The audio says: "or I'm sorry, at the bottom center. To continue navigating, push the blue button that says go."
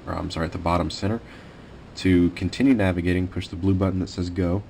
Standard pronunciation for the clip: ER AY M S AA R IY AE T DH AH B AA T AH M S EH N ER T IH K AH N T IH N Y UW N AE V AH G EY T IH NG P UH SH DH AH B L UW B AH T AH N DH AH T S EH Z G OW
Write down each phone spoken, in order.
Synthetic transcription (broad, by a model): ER AY M S AA R IY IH T DH AH B AA T AH M S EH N ER T IH K N T IH N Y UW N AE V AH G EY T IH NG P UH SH DH AH B L UW B AH T N DH AH T S EH Z G OW